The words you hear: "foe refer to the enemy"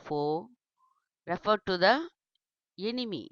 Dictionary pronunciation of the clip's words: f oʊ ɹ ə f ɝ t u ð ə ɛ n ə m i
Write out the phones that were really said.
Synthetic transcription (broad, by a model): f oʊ ɹ ə f ɝ t u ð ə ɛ n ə m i